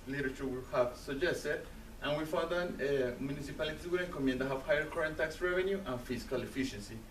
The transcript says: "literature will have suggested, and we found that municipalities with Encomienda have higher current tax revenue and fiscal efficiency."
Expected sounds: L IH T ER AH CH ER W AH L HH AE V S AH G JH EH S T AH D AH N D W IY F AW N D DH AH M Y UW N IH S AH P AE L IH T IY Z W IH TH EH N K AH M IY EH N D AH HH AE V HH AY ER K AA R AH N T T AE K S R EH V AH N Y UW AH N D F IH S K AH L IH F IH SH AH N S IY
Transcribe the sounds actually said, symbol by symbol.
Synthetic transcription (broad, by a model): L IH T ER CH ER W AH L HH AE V S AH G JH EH S T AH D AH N W IY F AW D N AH M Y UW N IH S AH P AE L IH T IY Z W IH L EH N K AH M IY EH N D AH HH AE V HH AY ER K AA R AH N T T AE K S R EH V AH N Y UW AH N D F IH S K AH L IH F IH SH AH N S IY